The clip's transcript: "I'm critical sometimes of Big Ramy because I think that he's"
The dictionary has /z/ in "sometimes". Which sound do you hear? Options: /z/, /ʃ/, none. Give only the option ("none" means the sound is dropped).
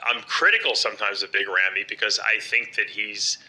/z/